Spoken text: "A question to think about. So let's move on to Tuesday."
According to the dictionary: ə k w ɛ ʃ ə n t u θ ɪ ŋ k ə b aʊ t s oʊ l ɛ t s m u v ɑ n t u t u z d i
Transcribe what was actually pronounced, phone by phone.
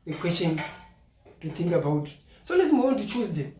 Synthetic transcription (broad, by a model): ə k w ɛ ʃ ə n t u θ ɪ ŋ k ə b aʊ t s oʊ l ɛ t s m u w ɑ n t u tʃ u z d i